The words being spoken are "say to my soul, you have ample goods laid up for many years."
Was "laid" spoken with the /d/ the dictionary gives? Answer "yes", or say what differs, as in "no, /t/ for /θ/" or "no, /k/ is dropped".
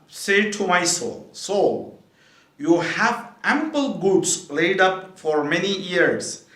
yes